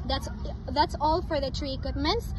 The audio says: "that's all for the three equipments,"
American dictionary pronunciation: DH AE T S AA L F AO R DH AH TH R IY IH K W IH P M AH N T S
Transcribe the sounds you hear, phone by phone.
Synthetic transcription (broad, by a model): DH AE T S AA L F AO R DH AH T R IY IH K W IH P M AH N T S